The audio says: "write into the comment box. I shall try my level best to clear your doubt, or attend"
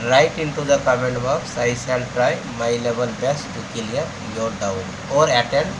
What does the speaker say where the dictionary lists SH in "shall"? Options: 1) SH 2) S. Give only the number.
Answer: 2